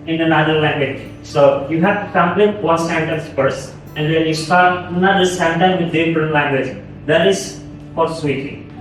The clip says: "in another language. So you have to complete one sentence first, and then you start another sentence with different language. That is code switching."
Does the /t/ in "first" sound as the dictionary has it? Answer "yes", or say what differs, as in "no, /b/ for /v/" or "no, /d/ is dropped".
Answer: no, /t/ is dropped